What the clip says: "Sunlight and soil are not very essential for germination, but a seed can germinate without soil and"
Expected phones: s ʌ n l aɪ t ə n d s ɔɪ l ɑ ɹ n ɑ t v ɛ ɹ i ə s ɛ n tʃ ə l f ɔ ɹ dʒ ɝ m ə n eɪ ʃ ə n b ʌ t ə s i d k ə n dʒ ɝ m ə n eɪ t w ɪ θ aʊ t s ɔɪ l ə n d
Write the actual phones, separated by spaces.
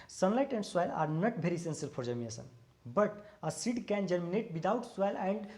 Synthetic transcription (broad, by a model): s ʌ n l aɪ t ə n d s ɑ l ɑ ɹ n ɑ t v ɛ ɹ i s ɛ n s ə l p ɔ ɹ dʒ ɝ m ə eɪ s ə n b ʌ t ə s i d k ə n dʒ ɝ m ə n eɪ t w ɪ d aʊ t s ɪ l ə n d